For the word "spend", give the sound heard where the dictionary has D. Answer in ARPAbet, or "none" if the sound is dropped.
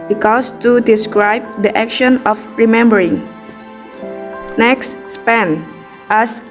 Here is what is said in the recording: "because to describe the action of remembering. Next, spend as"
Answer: none